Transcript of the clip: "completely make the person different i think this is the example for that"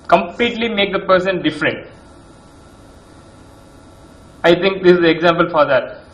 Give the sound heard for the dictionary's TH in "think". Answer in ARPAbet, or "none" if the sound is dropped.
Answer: T